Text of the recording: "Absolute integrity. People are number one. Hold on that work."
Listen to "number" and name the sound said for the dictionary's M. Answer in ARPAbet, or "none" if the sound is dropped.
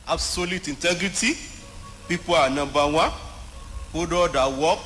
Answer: none